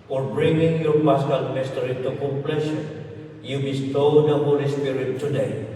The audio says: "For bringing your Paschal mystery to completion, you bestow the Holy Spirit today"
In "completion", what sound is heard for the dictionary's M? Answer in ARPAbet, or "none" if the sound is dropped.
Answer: none